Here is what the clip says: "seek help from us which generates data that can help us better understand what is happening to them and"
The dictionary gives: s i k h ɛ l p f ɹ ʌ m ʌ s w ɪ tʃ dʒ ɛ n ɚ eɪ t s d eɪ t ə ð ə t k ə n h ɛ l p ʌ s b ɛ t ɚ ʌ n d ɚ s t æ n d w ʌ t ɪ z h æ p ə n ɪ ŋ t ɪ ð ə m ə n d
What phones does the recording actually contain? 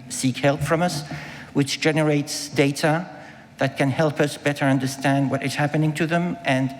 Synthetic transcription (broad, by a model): s i k h ɛ l p f ɹ ʌ m ʌ s w ɪ tʃ dʒ ɛ n ɚ eɪ t s d eɪ t ə ð ə t k ə n h ɛ l p ʌ s b ɛ t ɚ ʌ n d ɚ s t æ n d w ʌ t ɪ z h æ p ə n ɪ ŋ t ɪ ð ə m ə n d